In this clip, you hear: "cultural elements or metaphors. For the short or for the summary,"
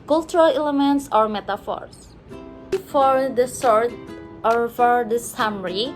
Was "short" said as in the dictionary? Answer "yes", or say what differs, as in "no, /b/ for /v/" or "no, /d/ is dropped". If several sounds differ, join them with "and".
no, /s/ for /ʃ/